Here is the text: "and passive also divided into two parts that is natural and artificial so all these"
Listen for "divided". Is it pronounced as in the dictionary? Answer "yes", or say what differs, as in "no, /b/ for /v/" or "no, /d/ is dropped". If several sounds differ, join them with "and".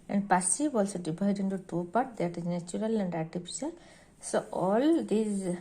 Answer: no, /b/ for /v/